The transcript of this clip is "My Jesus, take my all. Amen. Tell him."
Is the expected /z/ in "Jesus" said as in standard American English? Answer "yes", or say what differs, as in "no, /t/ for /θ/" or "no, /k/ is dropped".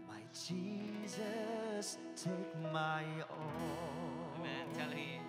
yes